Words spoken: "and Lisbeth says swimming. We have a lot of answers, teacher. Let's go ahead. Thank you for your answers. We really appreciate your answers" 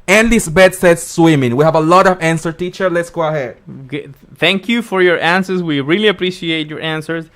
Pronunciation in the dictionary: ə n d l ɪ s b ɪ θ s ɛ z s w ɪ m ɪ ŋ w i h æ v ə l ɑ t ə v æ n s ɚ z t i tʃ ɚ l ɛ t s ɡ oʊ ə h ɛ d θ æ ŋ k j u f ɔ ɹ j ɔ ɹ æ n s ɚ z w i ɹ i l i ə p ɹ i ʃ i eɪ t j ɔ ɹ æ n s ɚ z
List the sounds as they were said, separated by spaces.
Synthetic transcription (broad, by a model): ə n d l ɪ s b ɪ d s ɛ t s w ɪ m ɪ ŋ w i h æ v ə l ɑ t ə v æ n s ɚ t i tʃ ɚ l ɛ t s ɡ oʊ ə h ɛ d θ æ ŋ k j u f ɔ ɹ j ɔ ɹ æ n s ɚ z w i ɹ i l i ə p ɹ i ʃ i eɪ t j ɔ ɹ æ n s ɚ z